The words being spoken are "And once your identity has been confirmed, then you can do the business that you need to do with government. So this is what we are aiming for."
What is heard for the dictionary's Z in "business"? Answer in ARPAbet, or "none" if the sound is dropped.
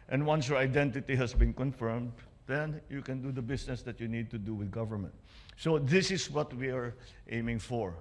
S